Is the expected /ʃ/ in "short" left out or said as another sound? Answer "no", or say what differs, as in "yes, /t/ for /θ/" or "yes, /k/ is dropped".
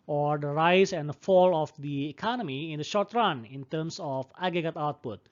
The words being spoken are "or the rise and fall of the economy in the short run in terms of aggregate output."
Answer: no